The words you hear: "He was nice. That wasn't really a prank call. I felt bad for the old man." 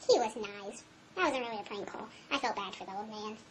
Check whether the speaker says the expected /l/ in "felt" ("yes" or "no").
yes